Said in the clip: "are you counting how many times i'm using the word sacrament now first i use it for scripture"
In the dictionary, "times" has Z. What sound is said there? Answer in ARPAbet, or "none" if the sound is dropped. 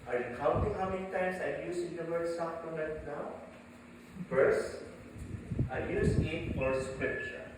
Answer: S